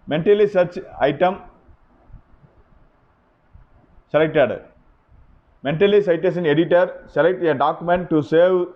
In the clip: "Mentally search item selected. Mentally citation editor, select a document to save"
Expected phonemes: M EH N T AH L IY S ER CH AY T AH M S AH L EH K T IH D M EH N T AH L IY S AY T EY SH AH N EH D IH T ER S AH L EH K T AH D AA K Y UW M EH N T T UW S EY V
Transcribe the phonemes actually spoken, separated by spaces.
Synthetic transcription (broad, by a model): M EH N T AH L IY S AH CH AY T AH M S AH L EH K T IH D M EH N T AH L IY S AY T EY S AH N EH D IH T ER S AH L EH K T AH D AA K Y UW M EH N T T UW S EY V